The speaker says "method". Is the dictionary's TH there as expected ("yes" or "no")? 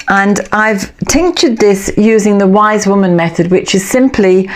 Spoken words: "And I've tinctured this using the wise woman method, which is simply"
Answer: yes